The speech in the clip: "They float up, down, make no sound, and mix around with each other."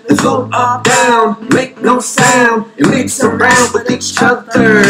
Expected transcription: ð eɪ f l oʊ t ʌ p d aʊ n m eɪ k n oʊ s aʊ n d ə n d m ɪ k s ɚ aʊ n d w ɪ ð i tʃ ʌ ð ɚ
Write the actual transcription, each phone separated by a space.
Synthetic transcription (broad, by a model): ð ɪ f oʊ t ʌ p d aʊ n m eɪ k n oʊ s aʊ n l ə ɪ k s ɚ aʊ n d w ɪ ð i tʃ ʌ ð ɚ